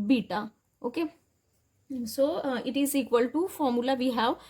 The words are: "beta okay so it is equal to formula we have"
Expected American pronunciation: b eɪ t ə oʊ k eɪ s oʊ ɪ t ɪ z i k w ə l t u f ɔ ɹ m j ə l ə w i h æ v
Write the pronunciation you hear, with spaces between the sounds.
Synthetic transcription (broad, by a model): b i t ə oʊ k eɪ s oʊ ɪ t ɪ z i k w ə l t u f ɔ ɹ m j ə l ə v i h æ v